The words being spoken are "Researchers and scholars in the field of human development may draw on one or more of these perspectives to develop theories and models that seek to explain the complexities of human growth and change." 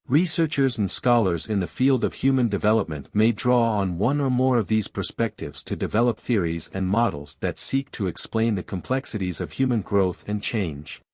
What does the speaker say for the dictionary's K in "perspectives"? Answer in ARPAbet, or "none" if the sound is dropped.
K